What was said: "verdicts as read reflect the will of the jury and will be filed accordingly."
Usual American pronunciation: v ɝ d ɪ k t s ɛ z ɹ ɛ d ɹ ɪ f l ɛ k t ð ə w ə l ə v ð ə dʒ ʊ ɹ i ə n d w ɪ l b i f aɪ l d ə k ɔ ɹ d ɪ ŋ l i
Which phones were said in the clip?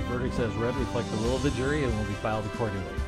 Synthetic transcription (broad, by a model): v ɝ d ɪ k s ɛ z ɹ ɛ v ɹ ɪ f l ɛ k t ð ə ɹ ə l ə v ð ə dʒ ʊ ɹ i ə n w ɪ l b i f aɪ l d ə k ɔ ɹ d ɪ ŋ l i